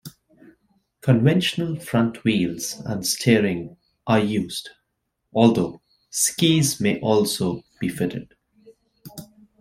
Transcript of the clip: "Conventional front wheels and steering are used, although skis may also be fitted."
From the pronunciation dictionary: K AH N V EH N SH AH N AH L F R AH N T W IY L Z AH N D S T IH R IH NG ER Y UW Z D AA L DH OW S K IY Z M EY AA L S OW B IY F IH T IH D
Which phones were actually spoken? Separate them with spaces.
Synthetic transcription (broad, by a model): K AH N V EH N SH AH N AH L F R AH N T W IY L Z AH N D S T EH R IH NG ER Y UW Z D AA L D OW S K IY Z M EY AA L S OW B IY F IH T IH D